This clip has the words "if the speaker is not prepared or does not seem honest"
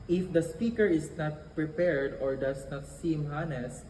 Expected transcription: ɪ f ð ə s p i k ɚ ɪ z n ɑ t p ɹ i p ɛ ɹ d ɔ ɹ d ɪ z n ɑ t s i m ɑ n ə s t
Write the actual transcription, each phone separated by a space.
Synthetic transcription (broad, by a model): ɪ f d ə s p i k ɚ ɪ s n ɑ t p ɹ i p ɛ ɹ d ɔ ɹ d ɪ s n ɑ t s i m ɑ n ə s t